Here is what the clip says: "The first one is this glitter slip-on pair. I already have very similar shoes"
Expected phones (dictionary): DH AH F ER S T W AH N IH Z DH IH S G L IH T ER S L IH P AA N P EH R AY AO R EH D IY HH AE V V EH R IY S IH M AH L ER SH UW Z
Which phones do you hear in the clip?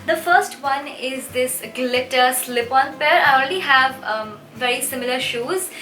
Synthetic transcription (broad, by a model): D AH F ER S T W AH N IH Z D IH S G L IH T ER S L IH P AA N P EH R AY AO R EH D IY HH AE V V EH R IY S IH M AH L ER SH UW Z